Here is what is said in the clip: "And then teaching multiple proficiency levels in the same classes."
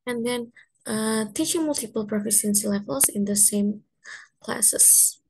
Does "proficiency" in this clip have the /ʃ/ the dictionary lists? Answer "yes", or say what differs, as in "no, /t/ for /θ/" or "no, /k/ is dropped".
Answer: no, /s/ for /ʃ/